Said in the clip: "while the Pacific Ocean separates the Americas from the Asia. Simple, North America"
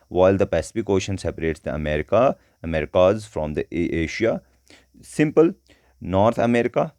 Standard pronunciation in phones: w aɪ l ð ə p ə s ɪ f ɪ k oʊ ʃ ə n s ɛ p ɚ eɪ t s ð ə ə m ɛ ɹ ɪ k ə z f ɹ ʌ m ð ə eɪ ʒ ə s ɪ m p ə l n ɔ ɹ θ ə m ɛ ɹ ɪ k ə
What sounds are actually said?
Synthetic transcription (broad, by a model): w aɪ l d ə p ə s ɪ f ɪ k oʊ ʃ ə n s ɛ p ɚ eɪ t s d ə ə m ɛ ɹ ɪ k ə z f ɹ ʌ m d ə eɪ ʃ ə s ɪ m p ə l n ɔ ɹ t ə m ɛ ɹ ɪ k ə